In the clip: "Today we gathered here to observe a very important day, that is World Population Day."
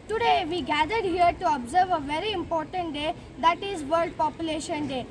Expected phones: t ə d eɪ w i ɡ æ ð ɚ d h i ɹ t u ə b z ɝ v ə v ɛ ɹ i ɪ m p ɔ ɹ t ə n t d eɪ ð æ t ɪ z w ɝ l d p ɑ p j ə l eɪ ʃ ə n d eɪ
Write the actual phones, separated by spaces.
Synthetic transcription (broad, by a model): t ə d eɪ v i ɡ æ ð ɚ d h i ɹ t u ə b z ɝ v ə v ɛ ɹ i ɪ m p ɔ ɹ t ə n t d eɪ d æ t ɪ z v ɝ l d p ɑ p j ə l eɪ ʃ ə n d eɪ